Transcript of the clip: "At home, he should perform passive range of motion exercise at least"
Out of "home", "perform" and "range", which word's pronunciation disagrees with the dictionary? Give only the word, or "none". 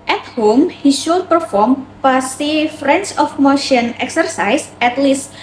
range